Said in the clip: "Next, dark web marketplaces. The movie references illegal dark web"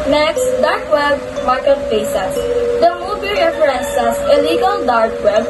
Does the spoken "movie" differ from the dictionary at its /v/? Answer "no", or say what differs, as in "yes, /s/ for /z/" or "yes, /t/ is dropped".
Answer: yes, /b/ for /v/